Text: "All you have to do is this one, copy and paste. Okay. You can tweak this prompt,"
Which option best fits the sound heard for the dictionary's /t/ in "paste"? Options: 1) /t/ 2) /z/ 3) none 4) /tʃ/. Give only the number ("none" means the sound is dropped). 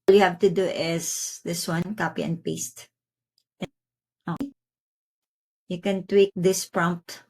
1